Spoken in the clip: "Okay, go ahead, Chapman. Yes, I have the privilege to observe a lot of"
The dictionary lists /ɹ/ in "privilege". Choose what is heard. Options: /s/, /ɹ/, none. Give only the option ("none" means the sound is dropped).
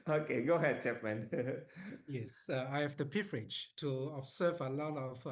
none